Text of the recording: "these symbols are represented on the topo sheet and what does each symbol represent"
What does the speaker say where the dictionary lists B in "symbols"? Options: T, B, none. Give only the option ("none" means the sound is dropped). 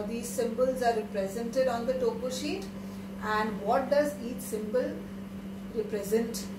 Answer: B